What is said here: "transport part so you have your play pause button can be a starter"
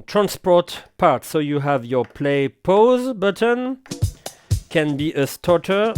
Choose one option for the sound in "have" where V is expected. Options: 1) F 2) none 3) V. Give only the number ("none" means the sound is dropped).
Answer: 3